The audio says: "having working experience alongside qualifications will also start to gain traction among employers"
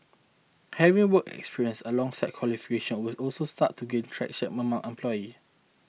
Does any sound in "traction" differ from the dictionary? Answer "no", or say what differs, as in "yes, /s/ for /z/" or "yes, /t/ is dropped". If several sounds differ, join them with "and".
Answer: yes, /n/ is dropped